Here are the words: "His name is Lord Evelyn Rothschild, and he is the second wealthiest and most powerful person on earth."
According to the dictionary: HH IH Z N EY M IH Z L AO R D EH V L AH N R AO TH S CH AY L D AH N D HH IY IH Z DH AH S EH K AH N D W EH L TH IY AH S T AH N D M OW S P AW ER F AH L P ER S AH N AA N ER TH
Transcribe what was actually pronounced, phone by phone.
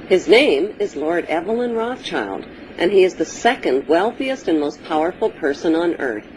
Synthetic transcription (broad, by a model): HH IH Z N EY M IH Z L AO R D EH V L AH N R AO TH CH AY L D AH N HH IY IH Z DH AH S EH K AH N D W EH L TH IY AH S T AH N M OW S P AW ER F L P ER S AH N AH N ER TH